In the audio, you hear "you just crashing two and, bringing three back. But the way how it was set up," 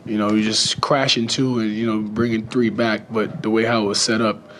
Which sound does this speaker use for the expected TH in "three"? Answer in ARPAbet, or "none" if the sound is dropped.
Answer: TH